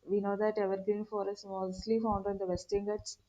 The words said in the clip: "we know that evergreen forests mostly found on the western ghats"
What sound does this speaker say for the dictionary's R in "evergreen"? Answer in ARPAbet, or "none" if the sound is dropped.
none